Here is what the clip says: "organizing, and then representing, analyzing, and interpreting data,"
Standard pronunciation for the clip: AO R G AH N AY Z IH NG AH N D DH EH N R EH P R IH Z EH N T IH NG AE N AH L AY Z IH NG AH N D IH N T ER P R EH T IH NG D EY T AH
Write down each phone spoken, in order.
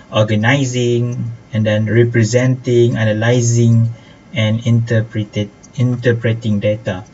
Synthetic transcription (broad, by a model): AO G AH N AY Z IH NG AH N D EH N R EH P R IH Z EH N T IH NG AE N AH L AY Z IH NG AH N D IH N T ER P R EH T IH NG D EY T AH